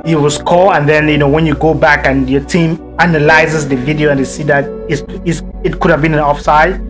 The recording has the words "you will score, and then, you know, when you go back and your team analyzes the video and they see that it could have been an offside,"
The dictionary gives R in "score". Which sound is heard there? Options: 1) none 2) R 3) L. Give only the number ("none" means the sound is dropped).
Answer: 3